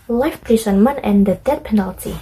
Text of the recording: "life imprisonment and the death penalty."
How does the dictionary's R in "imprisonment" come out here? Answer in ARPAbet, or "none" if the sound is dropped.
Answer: none